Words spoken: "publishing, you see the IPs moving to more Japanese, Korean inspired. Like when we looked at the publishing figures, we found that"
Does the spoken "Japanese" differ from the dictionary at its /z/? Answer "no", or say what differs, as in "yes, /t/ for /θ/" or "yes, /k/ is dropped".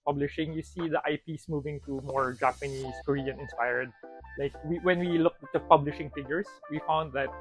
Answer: yes, /s/ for /z/